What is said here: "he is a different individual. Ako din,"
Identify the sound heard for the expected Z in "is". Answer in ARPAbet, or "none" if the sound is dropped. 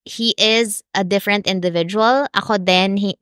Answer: Z